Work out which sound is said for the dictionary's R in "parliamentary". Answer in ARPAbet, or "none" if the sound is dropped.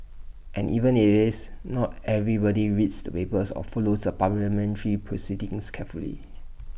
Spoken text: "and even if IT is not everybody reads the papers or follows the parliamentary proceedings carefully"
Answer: L